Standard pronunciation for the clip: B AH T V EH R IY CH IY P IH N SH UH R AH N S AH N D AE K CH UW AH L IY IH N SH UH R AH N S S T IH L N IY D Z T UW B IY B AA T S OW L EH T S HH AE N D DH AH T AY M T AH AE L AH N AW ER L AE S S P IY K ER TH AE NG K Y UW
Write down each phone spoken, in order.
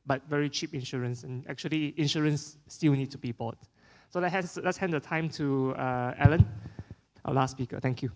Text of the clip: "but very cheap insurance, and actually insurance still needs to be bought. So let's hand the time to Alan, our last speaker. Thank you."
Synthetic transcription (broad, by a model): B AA T V EH R IY CH IY P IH N SH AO R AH N S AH N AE K CH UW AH L IY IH N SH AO R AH N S S T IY L N IY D T UW B IY B AA T S OW L EH T S HH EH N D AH T AY M T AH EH L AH N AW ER L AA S S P IY K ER T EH NG K Y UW